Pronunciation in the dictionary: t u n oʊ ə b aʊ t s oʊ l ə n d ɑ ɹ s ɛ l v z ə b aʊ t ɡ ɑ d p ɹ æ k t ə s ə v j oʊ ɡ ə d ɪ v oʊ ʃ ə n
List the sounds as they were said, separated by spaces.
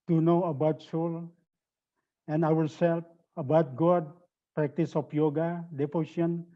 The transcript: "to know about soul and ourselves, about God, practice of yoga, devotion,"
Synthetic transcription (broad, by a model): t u n oʊ ə b aʊ t s oʊ l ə n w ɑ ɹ s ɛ l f ə b aʊ t ɡ ɑ d p ɹ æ k t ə s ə p j oʊ ɡ ə d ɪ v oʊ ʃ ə n